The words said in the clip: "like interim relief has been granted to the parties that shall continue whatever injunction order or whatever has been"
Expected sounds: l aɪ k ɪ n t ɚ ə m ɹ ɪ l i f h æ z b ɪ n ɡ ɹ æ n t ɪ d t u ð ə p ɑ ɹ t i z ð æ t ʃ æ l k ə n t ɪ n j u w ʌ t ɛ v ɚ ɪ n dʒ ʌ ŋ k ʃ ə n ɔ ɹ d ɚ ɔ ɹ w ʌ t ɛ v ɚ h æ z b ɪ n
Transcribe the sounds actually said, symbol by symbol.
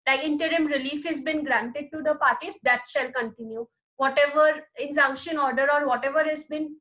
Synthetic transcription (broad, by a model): l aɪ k ɪ n t ɚ ə m ɹ ɪ l i f h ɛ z b ɪ n ɡ ɹ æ n t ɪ d t u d ə p ɑ ɹ t i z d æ t ʃ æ l k ə n t ɪ n j u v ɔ t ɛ v ɚ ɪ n z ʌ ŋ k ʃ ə n ɔ ɹ d ɚ ɔ ɹ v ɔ t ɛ v ɚ h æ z b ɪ n